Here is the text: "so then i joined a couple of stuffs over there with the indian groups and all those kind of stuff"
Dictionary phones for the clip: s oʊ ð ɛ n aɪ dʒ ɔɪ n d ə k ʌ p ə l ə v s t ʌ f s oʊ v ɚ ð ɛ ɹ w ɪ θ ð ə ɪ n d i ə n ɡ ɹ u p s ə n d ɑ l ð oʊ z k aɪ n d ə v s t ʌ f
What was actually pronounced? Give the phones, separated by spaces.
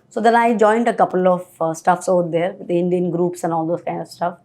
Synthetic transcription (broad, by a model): s oʊ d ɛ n aɪ dʒ ɔɪ n d ə k ʌ p ə l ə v s t ʌ f s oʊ ʊ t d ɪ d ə ɪ n d i ə n ɡ ɹ u p s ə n ɑ l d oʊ s k aɪ n d ə v s t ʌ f